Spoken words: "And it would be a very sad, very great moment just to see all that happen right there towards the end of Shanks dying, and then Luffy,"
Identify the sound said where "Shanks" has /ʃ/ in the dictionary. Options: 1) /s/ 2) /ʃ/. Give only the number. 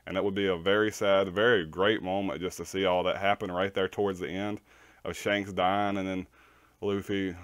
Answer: 2